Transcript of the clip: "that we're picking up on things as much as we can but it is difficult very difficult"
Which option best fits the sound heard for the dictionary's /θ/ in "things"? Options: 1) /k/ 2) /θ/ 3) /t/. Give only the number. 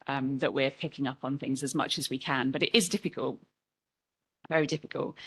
2